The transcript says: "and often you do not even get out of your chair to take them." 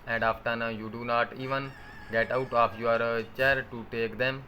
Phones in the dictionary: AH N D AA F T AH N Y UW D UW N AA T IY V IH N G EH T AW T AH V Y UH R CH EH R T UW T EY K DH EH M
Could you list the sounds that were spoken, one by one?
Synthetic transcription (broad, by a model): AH N D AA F T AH N Y UW D UW N AA T IY V IH N G EH T AW T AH P Y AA R CH EH R T UW T EY K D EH M